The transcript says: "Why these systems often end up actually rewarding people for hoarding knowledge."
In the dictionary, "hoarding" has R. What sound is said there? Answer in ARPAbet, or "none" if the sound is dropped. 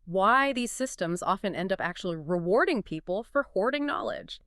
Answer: R